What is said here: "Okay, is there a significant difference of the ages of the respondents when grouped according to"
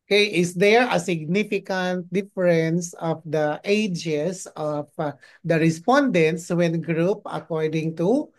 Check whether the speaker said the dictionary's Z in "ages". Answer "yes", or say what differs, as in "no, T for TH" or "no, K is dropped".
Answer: no, S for Z